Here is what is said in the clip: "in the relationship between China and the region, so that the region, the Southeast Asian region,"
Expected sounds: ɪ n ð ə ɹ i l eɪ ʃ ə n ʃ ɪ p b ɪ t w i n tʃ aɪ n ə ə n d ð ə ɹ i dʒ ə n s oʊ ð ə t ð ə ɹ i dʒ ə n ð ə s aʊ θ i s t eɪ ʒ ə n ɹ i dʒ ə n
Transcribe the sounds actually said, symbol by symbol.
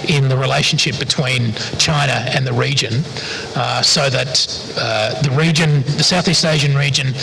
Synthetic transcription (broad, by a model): ɪ n ð ə ɹ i l eɪ ʃ n ʃ ɪ p b ɪ t w i n tʃ aɪ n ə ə n ð ə ɹ i dʒ ə n s oʊ ð ə t ð ə ɹ i dʒ ə n ð ə s aʊ θ i s t eɪ ʒ ə n ɹ i dʒ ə n